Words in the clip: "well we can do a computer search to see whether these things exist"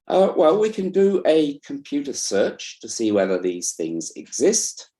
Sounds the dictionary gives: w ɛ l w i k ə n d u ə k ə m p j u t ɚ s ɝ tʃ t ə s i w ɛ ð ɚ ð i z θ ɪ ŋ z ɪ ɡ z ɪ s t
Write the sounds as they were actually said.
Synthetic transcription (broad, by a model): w ɛ l w i k ə n d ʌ ə k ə m p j u t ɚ s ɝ tʃ t ə s i w ɛ ð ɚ ð i z θ ɪ ŋ z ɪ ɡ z ɪ s t